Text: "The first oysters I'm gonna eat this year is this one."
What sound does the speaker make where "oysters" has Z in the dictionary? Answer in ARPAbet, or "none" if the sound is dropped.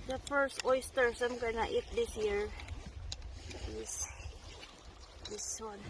S